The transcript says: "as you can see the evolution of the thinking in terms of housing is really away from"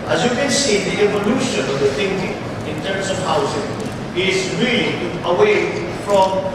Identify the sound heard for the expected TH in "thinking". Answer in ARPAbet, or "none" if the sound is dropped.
T